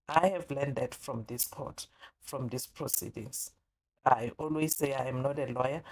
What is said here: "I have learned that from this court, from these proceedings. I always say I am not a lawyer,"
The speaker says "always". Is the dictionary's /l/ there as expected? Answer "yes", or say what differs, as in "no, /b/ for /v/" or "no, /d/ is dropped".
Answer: yes